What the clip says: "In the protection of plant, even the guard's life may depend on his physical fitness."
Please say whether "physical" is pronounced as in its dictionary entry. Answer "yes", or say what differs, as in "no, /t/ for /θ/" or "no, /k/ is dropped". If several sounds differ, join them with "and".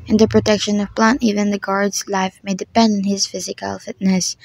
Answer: yes